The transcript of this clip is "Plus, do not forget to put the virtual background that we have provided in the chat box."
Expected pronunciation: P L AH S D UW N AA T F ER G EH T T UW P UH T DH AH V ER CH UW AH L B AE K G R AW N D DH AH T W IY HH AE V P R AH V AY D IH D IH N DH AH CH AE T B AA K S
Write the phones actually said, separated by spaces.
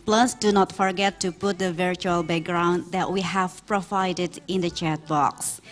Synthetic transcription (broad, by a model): P L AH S D UW N AA T F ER G EH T T UW P UH T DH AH V ER CH UW AH L B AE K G R AW N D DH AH T W IY HH AE V P R AH V AY D IH D IH N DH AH CH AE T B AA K S